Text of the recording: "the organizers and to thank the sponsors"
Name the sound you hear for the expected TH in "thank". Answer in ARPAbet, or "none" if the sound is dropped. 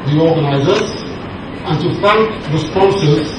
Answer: F